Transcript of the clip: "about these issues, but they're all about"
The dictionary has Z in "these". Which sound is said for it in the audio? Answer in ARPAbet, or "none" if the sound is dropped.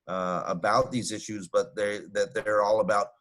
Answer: Z